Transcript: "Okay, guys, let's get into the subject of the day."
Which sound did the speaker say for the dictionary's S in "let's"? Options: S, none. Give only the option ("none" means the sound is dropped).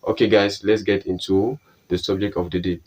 S